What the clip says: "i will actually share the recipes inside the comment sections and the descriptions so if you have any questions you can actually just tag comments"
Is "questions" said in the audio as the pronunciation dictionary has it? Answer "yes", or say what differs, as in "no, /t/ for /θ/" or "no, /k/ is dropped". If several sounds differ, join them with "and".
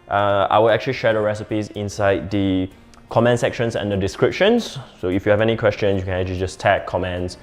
no, /z/ is dropped